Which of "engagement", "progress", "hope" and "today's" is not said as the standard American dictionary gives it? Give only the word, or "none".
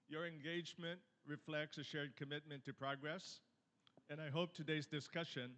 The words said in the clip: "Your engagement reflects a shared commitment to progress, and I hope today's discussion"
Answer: none